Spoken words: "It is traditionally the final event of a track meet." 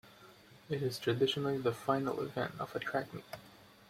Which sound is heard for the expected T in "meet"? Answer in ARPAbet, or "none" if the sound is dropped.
none